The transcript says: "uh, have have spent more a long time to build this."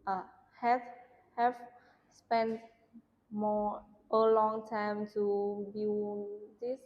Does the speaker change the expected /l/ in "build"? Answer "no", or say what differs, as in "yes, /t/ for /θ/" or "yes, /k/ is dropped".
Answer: yes, /n/ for /l/